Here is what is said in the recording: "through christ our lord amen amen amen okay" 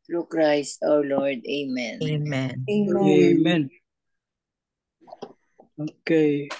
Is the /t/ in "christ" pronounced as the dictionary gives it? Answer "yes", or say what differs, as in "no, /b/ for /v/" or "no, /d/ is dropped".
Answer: no, /t/ is dropped